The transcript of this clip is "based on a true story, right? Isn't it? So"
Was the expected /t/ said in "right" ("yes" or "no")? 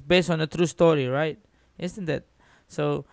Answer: yes